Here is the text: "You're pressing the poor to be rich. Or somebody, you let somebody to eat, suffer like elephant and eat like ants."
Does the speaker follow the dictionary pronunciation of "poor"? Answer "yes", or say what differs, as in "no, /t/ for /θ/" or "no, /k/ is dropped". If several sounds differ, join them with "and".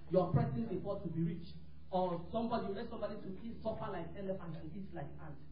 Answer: no, /f/ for /p/